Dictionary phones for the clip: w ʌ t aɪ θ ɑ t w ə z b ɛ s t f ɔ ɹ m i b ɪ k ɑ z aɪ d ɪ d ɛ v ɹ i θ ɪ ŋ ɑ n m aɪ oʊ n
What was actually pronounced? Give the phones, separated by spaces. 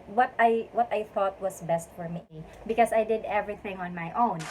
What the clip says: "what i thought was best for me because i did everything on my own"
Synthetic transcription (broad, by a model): w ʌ t aɪ θ ɑ t w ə s b ɛ s t f ɔ ɹ m i b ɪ k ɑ s aɪ d ɪ d ɛ v ɹ i θ ɪ ŋ ɑ n m aɪ oʊ n